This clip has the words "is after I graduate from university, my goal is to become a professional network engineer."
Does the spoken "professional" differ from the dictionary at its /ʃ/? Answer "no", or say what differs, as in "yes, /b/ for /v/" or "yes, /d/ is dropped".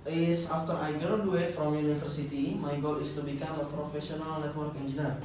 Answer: yes, /s/ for /ʃ/